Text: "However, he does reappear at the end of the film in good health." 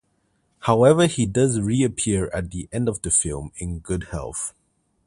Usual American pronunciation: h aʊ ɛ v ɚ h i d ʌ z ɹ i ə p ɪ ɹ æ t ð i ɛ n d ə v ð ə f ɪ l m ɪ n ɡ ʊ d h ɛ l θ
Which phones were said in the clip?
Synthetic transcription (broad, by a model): h aʊ ɛ v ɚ h i d ʌ z ɹ i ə p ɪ ɹ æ t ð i ɛ n d ə v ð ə f ɪ l m ɪ n ɡ ʊ d h ɛ l θ